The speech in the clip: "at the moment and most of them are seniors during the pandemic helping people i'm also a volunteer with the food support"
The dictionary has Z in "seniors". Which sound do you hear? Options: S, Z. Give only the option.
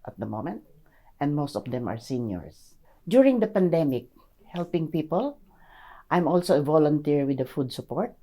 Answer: S